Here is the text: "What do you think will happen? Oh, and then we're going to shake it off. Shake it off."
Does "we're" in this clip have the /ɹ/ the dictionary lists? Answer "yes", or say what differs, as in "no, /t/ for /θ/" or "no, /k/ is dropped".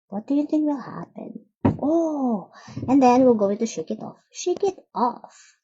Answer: no, /l/ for /ɹ/